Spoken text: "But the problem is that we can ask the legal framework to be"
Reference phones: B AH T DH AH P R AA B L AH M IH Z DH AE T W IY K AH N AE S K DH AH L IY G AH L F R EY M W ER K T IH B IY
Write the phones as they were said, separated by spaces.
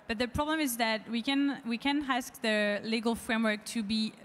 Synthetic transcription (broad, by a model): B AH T DH AH P R AA B L AH M IH Z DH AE T W IY K AH N AE S K DH AH L IY G AH L F R EY M W ER K T IH B IY